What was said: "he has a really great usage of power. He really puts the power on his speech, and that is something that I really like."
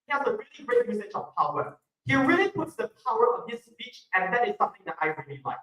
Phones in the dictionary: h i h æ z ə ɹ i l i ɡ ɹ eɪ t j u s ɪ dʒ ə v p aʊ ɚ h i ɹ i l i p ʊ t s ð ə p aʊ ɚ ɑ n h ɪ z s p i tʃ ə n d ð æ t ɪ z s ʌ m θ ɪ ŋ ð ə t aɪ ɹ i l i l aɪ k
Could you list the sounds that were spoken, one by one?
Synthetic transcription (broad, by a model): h i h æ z ə ɹ i l i ɡ ɹ eɪ t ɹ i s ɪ tʃ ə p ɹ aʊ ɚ h i ɹ i l i p ʊ t s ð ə p aʊ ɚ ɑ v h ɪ s p i tʃ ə n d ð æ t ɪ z s ʌ m θ ɪ ŋ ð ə t aɪ ɹ i l i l aɪ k